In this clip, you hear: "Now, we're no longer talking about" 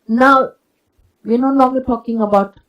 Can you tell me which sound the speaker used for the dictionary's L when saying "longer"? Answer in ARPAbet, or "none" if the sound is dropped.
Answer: N